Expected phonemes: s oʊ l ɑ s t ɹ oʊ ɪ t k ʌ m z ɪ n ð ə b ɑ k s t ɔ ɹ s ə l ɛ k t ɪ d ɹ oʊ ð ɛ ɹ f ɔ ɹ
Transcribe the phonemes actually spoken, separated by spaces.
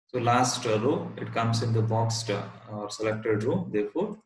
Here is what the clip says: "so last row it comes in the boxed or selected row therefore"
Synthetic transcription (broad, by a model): s oʊ l ɑ s t ɹ oʊ ɪ t k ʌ m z ɪ n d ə b ɑ k s t ɔ ɹ s ə l ɛ k t ɪ d ɹ oʊ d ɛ ɹ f ɔ ɹ